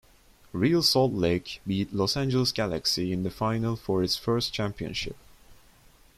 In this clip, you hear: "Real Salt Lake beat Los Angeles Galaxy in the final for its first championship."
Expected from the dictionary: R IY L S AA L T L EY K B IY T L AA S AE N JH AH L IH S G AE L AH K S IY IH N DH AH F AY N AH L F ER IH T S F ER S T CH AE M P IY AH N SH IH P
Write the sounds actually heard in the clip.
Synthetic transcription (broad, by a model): R IY L S AA L T L EY K B IY T L AA S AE N JH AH L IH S G AE L AH K S IY IH N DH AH F AY N AH L F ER IH T S F ER S T CH AE M P IY AH N SH IH P